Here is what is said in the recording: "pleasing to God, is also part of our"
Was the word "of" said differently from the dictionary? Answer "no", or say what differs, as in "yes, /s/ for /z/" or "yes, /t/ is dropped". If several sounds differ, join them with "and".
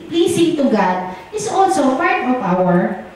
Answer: yes, /p/ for /v/